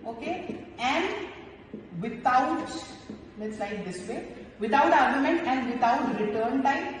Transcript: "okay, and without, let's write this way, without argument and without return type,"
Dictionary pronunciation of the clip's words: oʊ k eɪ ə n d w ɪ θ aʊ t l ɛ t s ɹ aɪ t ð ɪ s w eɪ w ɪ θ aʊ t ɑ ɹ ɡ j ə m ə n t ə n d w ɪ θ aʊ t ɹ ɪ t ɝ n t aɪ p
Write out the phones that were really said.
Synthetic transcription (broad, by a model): oʊ k eɪ ə n d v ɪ t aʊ t n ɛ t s l aɪ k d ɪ s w eɪ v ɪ t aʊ t ɑ ɹ ɡ j ə m ə n t ə n d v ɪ t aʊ t ɹ ɪ t ɝ n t aɪ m